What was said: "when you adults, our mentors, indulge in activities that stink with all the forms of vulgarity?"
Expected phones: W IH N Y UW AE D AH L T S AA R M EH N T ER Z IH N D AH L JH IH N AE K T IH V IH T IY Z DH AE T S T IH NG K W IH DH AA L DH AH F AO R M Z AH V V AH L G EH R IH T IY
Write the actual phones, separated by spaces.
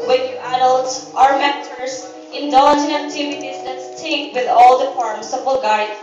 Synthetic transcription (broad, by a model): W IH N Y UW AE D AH L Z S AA R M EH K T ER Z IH N D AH N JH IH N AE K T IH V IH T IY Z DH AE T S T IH K W IH DH AA L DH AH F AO R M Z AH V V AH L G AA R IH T